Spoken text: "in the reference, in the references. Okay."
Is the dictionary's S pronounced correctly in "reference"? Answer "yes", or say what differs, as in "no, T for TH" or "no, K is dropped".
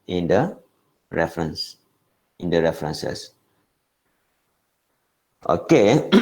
yes